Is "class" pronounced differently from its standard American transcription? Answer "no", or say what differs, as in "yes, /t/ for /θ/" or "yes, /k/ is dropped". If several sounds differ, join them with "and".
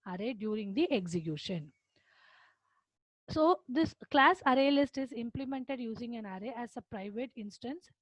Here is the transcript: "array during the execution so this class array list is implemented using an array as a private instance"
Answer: no